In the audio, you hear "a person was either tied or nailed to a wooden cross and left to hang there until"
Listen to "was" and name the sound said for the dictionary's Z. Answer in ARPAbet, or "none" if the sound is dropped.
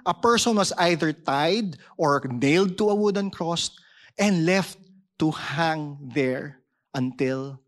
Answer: S